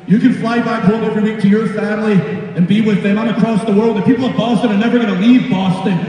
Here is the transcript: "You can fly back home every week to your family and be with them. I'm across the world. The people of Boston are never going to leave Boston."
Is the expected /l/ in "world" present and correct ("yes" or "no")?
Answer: yes